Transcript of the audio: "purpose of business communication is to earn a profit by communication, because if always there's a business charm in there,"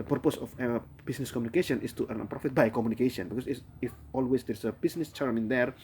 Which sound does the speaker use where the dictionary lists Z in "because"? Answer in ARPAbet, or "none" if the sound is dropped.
S